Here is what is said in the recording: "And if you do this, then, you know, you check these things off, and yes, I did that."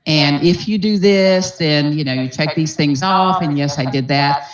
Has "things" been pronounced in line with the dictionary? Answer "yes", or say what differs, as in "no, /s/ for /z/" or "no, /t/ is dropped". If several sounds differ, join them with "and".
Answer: yes